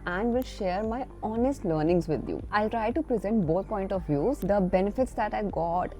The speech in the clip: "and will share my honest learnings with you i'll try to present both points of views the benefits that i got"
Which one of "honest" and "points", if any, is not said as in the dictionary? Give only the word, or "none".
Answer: points